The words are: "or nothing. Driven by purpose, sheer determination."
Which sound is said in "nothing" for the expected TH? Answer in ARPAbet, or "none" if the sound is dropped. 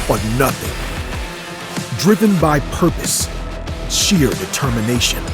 TH